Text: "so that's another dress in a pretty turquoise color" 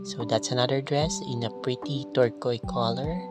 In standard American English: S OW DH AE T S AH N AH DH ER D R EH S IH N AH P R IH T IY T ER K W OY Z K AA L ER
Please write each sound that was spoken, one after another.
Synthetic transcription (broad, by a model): S OW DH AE T S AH N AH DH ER D R EH S IH N AH P R IH T IY T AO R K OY K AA L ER